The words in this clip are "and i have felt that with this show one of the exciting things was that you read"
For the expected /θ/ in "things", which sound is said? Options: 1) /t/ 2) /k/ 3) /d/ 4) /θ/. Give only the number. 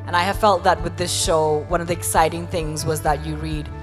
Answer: 4